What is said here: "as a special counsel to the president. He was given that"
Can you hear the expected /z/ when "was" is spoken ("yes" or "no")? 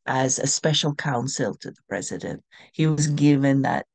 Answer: yes